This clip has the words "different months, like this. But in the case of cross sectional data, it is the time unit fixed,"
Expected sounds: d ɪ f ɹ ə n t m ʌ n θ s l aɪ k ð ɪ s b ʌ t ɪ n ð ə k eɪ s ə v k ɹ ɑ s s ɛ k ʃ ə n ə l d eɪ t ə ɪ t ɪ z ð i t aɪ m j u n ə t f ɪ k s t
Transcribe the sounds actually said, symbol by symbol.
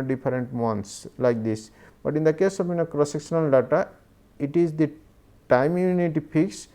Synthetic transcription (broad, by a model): d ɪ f ɹ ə n t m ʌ n t s l aɪ k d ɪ s b ʌ t ɪ n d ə k eɪ s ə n k ɹ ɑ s s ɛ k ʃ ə n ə l d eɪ t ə ɪ t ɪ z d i t aɪ m j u n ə t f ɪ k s